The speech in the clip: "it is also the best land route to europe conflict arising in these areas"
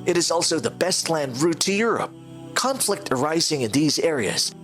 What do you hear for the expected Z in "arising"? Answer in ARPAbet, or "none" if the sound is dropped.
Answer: Z